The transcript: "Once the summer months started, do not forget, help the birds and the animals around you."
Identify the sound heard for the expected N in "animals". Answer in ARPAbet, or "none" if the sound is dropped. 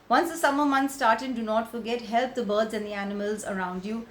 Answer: N